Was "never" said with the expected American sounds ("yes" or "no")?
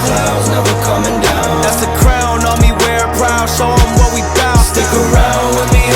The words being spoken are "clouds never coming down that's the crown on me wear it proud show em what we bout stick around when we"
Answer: no